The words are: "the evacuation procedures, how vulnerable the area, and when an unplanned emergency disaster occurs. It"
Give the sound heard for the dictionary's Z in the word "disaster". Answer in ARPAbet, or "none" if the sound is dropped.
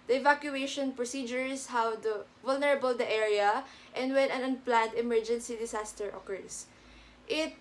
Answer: S